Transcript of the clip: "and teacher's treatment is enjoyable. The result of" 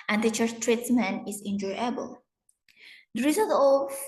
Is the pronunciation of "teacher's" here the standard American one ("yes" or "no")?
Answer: no